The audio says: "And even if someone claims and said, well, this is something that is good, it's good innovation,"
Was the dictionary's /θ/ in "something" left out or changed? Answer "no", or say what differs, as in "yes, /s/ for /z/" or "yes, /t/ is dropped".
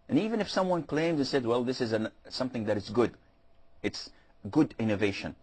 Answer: no